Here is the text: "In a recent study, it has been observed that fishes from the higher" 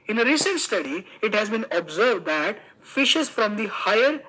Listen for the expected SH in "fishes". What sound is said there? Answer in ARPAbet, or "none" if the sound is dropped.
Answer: SH